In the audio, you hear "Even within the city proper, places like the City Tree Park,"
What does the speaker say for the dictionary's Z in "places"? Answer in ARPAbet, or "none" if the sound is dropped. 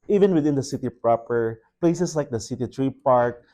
S